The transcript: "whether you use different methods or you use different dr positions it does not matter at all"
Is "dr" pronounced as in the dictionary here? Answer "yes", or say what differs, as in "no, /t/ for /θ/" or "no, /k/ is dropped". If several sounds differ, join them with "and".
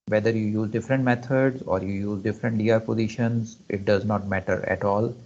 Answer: no, /k/ is dropped